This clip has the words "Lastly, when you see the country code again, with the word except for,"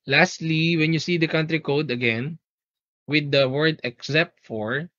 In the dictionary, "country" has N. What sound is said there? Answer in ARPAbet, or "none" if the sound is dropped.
N